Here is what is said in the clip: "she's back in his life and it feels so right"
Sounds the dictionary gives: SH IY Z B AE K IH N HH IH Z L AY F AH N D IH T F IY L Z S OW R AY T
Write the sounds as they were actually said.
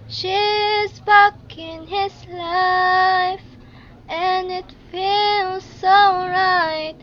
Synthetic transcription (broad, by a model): SH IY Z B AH K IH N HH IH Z L AY F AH N IH T F IY L Z S OW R AY T